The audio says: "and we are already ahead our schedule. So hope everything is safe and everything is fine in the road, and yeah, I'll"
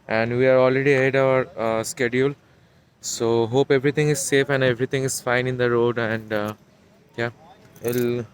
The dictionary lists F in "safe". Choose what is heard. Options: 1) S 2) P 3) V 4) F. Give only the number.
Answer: 4